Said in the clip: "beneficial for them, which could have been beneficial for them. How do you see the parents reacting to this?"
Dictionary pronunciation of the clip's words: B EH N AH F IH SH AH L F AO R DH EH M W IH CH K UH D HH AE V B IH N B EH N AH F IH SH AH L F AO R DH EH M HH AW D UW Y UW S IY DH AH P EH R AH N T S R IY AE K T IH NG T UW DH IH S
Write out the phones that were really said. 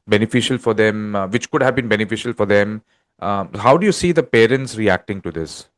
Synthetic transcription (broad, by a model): B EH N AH F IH SH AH L F AO R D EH M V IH CH K UH D HH AE V B IH N B EH N AH F IH SH AH L F AO R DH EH M HH AW D UW Y UW S IY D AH P EH R AH N T S R IY AE K T IH NG T UW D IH S